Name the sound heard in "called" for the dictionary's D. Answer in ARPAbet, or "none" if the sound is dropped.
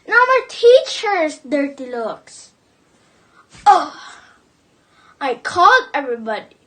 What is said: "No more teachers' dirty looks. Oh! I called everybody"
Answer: none